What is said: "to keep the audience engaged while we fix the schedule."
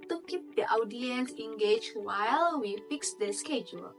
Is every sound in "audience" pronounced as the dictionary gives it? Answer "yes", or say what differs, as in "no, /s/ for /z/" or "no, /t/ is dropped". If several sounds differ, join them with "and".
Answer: yes